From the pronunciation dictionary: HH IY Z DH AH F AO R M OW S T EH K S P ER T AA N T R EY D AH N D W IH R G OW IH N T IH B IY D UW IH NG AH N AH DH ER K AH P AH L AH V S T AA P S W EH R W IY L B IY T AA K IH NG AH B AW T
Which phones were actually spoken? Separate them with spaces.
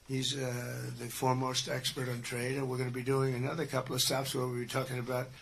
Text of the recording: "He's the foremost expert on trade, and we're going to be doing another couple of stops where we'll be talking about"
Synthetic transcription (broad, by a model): HH IY Z DH AH F AO R M OW S T EH K S P ER T N T R EY D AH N W IH R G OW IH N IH B IY D UW IH NG AH N AH DH ER K AH P L AH V S T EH F S W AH R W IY B IY T AA K IH NG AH B AW T